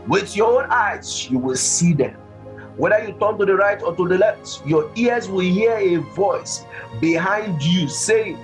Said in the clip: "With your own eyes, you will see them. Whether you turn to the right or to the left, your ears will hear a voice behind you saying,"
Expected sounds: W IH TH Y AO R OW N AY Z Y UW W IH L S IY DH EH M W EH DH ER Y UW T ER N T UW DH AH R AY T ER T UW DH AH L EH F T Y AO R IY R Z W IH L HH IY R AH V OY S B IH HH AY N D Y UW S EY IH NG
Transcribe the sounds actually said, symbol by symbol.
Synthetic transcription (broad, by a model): W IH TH Y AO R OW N AY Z Y UW W IH L S IY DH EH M W EH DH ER Y UW T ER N T UW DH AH R AY T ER T UW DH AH L EH F T Y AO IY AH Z W IH L HH IY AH AH V OY S B IH HH AY N D Y UW S EY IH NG